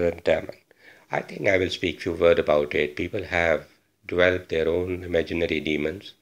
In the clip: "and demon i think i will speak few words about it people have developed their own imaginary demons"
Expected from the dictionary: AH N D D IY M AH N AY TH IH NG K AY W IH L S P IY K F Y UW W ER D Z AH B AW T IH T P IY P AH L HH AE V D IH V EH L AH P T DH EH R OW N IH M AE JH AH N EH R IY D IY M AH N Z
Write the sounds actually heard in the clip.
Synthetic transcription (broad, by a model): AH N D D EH M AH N AY T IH NG K AY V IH L S P IY K F Y UW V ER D AH B AW T IH T P IY P AH L HH AE V D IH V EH L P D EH R OW N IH M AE JH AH N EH R IY D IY M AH N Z